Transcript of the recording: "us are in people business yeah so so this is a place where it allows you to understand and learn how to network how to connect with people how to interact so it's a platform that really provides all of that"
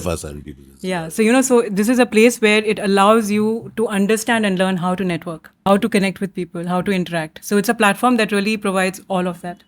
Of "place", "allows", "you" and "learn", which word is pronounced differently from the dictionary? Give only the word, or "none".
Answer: none